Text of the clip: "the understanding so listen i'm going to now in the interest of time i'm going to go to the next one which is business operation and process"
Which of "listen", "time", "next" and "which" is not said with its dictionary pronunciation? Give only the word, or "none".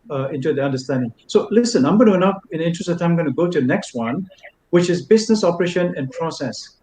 time